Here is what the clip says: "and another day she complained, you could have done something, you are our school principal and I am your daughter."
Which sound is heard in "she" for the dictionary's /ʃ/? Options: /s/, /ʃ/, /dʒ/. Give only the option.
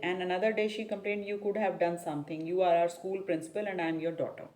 /ʃ/